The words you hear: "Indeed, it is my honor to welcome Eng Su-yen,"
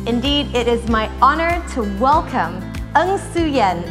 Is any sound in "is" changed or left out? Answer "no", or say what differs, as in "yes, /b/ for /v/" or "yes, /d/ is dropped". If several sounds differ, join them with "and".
no